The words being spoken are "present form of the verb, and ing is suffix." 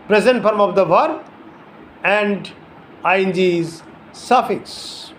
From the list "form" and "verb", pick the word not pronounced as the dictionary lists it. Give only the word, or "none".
verb